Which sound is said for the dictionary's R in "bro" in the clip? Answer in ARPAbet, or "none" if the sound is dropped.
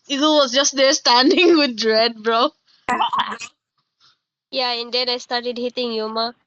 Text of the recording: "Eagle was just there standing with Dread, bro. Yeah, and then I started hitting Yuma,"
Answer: R